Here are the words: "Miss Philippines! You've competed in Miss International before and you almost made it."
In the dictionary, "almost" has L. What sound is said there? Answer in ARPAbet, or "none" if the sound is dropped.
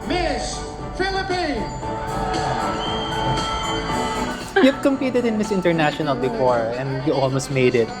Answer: L